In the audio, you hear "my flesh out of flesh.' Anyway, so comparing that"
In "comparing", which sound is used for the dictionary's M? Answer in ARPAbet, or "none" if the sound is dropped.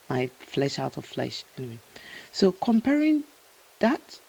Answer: M